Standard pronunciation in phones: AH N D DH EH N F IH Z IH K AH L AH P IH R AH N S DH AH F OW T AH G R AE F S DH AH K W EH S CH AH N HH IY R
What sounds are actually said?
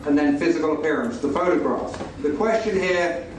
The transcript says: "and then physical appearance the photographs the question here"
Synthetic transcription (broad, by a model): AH N DH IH N F IH Z IH K AH L AH P IH R AH N S DH AH F OW T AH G R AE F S DH AH K W EH S CH AH N HH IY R